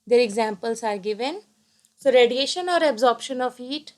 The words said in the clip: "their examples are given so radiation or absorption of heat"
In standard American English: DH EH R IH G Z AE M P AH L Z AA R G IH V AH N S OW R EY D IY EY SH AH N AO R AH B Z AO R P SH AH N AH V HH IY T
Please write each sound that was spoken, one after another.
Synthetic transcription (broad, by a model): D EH R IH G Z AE M P AH L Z AA R G IH V AH N S OW R EY D IY EY SH AH N AO R AH B Z AO R P SH AH N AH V IY T